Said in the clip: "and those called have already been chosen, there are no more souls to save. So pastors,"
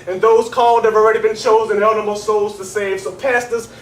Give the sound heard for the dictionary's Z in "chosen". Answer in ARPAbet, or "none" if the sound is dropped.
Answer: Z